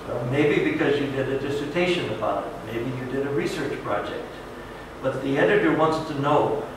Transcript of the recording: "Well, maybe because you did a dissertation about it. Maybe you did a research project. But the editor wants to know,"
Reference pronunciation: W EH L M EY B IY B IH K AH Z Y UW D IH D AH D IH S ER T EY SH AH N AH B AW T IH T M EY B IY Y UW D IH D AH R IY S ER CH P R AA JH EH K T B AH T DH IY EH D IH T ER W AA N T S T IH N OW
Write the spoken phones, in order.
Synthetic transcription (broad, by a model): M EY B IY B IH K AH Z Y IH D IH D AH D IH S ER T EY SH AH N AH B AW T IH T M EY B IY Y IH D IH D AH R IY S ER CH P R AA JH EH K T B AH T DH IY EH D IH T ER W AA N T S T IH N OW